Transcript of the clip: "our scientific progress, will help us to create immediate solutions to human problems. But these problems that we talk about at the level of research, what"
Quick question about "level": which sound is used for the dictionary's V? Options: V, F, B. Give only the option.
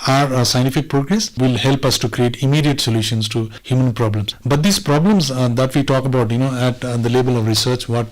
B